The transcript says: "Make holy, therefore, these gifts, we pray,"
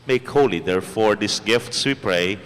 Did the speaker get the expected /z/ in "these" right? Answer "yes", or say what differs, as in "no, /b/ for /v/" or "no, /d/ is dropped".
no, /s/ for /z/